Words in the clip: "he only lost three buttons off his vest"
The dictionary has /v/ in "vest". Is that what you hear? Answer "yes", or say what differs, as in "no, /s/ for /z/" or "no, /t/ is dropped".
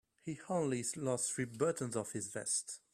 yes